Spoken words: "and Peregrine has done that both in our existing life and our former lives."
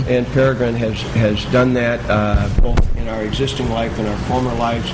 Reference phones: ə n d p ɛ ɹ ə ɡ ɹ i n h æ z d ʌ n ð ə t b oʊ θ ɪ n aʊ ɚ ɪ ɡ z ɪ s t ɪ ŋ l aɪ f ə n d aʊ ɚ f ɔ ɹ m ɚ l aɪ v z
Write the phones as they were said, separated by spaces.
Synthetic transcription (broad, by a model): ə n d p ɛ ɹ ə ɡ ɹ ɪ n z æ z d ʌ n ð ə t b oʊ θ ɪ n aʊ ɚ ɪ ɡ z ɪ s t ɪ ŋ l aɪ f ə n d aʊ ɚ f ɔ ɹ m ɚ l aɪ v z